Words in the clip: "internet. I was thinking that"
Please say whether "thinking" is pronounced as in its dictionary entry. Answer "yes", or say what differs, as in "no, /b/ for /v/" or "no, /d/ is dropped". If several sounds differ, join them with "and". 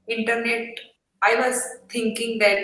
no, /t/ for /θ/